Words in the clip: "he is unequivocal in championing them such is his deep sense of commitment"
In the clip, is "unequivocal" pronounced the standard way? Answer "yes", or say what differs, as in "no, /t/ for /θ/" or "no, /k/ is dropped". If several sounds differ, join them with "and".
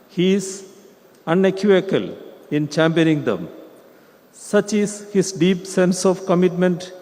no, /v/ is dropped